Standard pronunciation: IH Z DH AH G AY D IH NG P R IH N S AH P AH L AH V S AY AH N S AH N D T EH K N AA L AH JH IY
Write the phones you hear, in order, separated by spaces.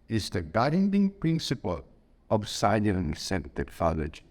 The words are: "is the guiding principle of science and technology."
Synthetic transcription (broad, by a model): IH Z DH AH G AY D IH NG P R IH N S AH P AH L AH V S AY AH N S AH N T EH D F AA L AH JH